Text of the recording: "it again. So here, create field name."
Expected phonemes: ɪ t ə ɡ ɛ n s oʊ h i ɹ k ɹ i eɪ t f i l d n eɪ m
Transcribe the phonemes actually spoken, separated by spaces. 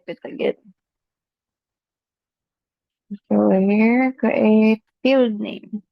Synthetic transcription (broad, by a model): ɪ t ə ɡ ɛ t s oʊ h i ɹ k i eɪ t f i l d n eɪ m